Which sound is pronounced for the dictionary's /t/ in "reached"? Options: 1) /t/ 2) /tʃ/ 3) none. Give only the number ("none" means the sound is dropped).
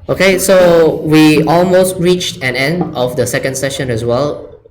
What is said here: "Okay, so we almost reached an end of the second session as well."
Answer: 1